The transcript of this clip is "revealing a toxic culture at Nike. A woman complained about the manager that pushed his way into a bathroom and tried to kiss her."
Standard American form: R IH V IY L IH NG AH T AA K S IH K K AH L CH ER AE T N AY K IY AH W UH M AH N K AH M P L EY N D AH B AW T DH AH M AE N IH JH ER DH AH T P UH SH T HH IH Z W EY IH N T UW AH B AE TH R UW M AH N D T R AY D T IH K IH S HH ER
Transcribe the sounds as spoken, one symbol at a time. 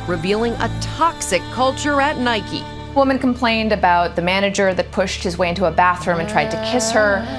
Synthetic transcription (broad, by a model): R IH V IY L IH NG AH T AA K S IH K K AH L CH ER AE T N AY K IY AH W UH M AH N K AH M P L EY N D AH B AW T DH AH M AE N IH JH ER DH AH T P UH SH T HH IH Z W EY IH N T UW AH B AE TH R UW M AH N T R AY D T IH K IH S HH ER